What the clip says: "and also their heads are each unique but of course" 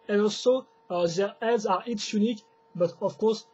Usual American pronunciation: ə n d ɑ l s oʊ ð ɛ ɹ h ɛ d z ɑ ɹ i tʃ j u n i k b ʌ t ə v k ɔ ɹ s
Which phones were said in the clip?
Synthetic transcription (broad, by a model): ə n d ɑ l s oʊ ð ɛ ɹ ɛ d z ɑ ɹ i s j u n i k b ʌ t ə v k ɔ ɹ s